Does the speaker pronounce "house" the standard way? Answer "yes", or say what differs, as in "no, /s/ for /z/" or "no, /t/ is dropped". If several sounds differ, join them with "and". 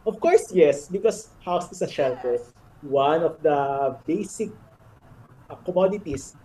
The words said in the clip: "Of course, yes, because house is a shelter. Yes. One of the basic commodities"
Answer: yes